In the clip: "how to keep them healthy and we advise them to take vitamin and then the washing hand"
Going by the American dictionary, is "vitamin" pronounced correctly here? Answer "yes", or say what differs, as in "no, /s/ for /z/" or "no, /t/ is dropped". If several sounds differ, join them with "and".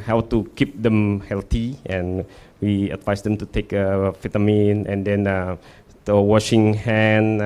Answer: no, /f/ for /v/